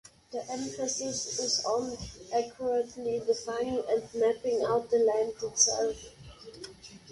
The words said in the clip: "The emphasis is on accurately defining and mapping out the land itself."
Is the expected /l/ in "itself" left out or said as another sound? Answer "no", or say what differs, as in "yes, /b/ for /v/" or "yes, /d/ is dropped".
no